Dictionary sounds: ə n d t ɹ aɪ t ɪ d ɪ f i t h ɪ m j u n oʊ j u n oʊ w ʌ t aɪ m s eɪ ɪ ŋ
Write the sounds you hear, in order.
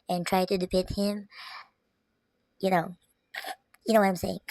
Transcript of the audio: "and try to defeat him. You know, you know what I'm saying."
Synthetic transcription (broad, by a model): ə n t ɹ aɪ t ɪ d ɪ p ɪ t h ɪ m j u n oʊ j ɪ n oʊ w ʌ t aɪ m s eɪ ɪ ŋ